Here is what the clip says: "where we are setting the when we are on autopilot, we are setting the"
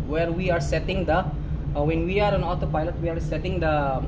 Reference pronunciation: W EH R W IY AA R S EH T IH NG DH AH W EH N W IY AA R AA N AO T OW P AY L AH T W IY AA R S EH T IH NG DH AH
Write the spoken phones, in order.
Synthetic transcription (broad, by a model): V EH R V IY AA R S EH T IH NG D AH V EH N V IY AA R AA N AO T OW P AY L AH T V IY AA R S EH T IH NG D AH